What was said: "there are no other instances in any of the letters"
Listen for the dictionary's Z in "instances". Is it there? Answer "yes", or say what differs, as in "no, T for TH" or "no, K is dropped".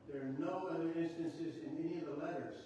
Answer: yes